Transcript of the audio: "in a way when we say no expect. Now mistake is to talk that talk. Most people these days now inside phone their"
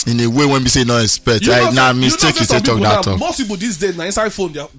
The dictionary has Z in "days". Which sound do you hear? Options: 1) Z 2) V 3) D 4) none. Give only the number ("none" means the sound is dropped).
4